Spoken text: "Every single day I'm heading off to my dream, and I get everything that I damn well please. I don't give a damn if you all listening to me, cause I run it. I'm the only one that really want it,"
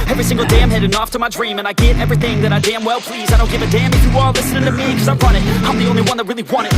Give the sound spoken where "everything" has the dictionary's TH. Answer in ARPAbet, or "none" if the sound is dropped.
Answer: TH